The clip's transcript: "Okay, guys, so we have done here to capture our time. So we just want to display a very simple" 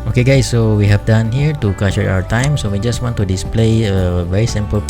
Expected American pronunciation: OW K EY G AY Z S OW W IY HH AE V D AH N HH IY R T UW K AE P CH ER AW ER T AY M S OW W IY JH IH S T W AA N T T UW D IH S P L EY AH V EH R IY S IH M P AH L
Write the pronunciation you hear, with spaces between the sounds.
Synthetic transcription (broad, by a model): OW K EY G AY S OW W IY HH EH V D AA N HH IY R T UW K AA CH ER AW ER T AY M S OW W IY JH IH S T W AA N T T UW D IH S P L EY AH V EH R IY S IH M P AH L